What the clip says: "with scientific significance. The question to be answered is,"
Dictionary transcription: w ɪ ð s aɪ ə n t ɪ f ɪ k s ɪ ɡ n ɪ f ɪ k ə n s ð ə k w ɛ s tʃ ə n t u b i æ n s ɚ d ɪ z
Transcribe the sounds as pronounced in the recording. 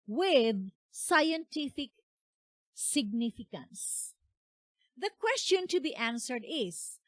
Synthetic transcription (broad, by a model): w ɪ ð s aɪ ə n t ɪ f ɪ k s ɪ ɡ n ɪ f ɪ k ə n s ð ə k w ɛ s tʃ ə n t u b i æ n s ɚ d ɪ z